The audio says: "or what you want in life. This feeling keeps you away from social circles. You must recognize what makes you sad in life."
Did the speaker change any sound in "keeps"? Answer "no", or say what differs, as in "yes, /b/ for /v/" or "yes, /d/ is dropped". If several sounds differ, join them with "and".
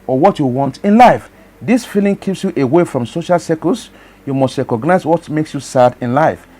no